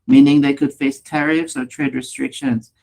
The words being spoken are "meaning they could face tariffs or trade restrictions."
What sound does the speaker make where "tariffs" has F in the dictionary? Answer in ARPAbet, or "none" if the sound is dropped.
F